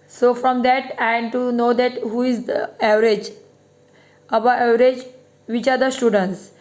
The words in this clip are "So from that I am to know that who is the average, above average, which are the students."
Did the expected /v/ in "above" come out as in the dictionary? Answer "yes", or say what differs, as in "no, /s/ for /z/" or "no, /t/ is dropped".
no, /v/ is dropped